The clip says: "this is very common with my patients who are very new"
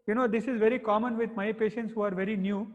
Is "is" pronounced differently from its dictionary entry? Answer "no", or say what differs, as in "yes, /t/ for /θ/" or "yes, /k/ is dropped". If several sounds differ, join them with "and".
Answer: no